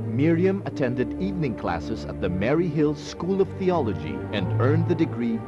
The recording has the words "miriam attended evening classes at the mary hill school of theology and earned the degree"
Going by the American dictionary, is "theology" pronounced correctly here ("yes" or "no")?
yes